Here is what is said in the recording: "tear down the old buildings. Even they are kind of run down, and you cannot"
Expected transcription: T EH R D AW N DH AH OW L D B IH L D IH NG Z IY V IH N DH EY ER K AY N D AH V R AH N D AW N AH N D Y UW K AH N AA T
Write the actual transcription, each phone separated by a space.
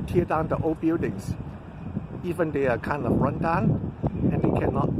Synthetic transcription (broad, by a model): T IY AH D AW N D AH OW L B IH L D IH NG S IY V IH N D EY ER K AY N D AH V R AH N D AW N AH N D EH K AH N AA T